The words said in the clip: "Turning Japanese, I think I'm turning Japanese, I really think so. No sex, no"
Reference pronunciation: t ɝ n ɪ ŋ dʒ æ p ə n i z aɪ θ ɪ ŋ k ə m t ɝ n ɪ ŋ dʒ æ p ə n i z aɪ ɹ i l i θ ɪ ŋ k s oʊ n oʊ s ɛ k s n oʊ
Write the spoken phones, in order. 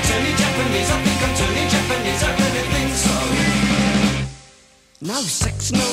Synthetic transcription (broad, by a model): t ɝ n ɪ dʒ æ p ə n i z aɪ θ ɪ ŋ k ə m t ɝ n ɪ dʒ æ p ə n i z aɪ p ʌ n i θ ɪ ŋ s oʊ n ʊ s ɛ k s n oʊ